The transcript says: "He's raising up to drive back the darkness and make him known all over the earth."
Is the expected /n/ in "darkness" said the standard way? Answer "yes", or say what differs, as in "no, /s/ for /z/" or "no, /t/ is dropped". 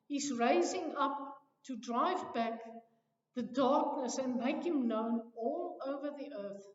yes